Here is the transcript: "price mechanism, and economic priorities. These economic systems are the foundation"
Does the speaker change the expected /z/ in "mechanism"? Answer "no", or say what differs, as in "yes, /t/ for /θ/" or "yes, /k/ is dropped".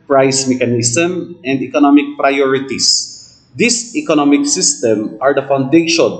yes, /s/ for /z/